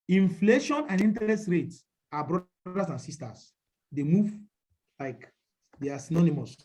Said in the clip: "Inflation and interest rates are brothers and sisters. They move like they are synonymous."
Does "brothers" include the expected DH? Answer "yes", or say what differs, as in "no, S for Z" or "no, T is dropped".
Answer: no, DH is dropped